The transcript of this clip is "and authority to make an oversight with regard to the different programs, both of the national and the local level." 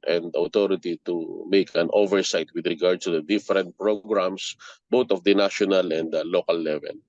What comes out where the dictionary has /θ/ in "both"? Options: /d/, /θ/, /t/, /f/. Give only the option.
/t/